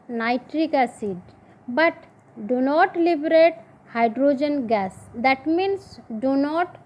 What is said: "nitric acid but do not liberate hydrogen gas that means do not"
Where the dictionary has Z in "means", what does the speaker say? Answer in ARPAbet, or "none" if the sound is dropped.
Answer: S